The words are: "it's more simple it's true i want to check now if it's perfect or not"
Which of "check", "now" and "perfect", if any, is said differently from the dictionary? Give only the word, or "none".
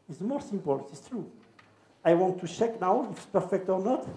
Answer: none